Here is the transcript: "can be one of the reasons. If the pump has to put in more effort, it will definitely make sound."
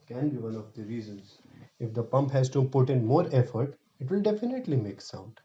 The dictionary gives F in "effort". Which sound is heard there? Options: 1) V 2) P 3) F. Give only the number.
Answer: 3